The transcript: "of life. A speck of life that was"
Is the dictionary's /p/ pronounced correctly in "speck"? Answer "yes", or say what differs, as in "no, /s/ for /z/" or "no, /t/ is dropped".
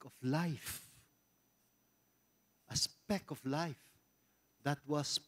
yes